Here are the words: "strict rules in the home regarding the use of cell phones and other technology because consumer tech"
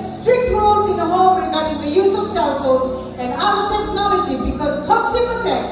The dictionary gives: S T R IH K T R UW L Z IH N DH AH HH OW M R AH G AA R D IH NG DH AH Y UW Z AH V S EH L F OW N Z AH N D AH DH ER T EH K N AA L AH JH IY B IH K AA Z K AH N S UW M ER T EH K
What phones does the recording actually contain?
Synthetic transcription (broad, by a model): S T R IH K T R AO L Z IH N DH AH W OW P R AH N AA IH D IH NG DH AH Y UW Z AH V S EH L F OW Z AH N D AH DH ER T EH K N AA L AH JH IY B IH K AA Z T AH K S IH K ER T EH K